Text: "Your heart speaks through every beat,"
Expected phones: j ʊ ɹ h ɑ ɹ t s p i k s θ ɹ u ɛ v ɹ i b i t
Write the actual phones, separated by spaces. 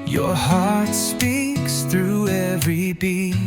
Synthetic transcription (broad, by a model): j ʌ ɹ h ɑ ɹ t s p i k s θ ɹ u ɛ v ɹ i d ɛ